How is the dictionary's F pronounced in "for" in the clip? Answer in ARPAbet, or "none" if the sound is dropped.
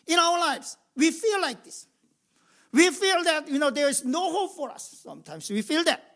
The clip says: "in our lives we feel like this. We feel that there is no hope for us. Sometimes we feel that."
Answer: F